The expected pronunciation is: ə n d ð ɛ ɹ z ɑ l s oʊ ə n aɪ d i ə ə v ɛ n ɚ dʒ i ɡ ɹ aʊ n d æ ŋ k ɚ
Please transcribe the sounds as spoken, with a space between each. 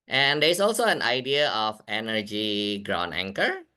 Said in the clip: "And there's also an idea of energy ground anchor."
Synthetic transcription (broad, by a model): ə n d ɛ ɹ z ɑ l s oʊ ə n aɪ d i ə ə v ɛ n ɚ dʒ i ɡ ɹ aʊ n æ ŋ k ɚ